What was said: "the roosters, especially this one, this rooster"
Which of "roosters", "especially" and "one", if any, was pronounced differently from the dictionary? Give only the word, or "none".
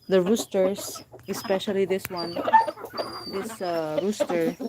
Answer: roosters